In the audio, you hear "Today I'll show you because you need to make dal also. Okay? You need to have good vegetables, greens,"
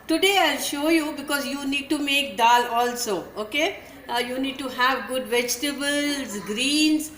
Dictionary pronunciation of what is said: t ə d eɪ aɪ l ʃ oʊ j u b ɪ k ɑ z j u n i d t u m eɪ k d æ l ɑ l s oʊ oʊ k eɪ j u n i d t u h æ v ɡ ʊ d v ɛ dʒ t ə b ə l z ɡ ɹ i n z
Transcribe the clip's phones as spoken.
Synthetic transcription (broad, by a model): t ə d eɪ aɪ l ʃ oʊ j u b ɪ k ɑ z j u n i d t u m eɪ k d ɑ l ɑ l s oʊ oʊ k eɪ j u n i d t u h æ v ɡ ʊ d v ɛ dʒ t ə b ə l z ɡ ɹ i n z